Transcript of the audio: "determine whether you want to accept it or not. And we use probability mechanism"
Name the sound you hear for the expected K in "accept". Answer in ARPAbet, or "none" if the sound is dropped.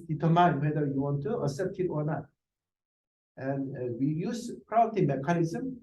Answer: none